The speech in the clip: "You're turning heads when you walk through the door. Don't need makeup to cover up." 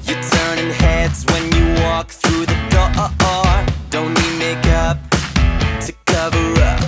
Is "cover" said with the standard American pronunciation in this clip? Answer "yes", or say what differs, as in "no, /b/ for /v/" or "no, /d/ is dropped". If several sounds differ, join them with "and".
yes